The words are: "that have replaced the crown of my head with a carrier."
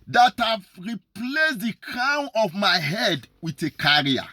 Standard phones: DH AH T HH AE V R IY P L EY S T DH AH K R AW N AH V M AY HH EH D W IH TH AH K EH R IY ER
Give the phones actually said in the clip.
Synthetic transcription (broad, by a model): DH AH T HH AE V R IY P L EY S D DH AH K AW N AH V M AY HH EH D W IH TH AH K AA R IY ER